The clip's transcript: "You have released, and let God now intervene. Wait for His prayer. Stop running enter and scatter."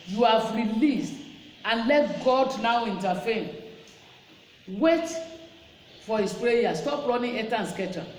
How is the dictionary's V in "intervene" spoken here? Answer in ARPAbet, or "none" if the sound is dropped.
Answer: F